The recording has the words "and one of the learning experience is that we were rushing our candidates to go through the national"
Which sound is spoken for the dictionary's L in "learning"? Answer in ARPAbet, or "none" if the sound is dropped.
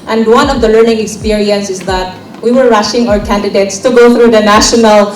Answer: L